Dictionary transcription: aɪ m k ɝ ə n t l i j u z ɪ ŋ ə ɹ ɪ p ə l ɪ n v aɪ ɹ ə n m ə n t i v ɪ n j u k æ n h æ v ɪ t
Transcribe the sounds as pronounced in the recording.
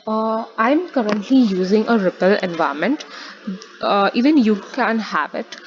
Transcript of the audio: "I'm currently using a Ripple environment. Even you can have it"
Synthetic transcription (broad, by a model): aɪ m k ɝ ə n t l i j u z ɪ ŋ ə ɹ ɪ p ə l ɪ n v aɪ ə m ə n t i v ɪ n j u k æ n h æ v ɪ t